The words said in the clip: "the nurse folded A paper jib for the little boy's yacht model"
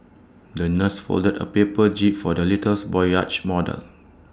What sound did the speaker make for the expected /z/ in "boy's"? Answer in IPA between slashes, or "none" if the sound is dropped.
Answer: none